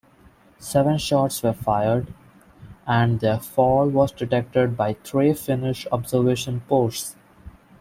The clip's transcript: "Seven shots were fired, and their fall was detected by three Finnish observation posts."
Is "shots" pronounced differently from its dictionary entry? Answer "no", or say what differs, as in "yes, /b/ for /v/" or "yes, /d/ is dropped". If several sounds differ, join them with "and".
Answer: no